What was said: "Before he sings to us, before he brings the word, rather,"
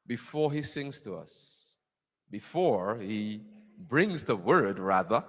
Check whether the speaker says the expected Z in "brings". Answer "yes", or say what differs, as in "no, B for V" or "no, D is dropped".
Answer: yes